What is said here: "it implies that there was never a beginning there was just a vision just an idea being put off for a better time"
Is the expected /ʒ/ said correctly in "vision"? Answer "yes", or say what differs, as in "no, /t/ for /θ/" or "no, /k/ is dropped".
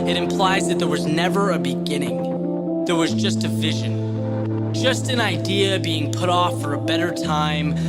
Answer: yes